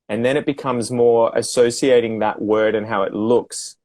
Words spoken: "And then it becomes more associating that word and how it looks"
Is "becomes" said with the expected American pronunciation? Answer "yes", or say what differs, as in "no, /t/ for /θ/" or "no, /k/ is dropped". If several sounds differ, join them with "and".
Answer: yes